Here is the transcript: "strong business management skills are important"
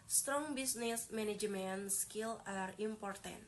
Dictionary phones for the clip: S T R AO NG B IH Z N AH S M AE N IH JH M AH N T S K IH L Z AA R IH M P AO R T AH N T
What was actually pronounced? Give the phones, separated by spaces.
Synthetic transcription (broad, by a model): S T R AO NG B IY S N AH S M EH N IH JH M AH N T S K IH L AA R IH M P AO R T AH N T